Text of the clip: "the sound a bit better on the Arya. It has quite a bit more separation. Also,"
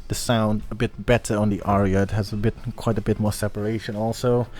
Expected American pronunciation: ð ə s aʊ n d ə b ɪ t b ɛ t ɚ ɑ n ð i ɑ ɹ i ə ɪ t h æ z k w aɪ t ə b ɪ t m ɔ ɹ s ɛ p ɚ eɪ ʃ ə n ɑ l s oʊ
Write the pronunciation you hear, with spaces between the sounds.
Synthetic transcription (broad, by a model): ð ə s aʊ n d ə b ɪ t b ɛ t ɚ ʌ n ð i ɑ ɹ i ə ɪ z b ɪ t k w aɪ t ə b ɪ t m ɔ ɹ s ɛ p ɚ eɪ ʃ ə n ɑ l s oʊ